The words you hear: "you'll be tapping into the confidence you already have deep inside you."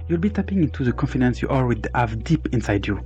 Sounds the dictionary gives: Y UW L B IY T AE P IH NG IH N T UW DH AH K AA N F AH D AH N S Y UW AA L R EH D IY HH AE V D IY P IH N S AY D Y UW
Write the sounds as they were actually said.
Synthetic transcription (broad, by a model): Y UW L B IY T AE P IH NG IH N T UW DH AH K AA N F AH D AH N S Y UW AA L W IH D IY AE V D IY P IH N S AY D Y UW